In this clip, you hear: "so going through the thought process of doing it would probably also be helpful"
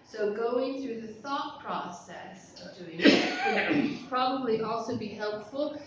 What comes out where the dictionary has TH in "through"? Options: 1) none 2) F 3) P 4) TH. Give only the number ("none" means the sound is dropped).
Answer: 4